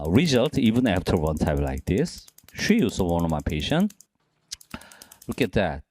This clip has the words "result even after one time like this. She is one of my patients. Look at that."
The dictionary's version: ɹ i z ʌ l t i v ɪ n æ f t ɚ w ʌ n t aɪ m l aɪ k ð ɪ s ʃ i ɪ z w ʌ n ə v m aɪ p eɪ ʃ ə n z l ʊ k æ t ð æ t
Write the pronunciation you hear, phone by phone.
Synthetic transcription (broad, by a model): ɹ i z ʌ l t i v ɪ n æ f t ɚ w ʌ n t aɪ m l aɪ k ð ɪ s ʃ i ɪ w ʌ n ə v m aɪ p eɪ ʃ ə n l ʊ k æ t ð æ t